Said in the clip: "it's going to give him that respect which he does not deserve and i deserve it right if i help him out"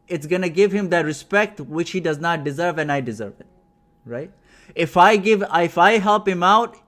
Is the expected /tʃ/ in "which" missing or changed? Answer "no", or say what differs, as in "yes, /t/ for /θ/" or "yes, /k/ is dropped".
no